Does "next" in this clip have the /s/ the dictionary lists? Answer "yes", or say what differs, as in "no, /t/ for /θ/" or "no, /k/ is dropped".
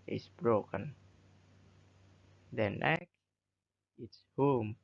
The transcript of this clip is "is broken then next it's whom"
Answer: no, /s/ is dropped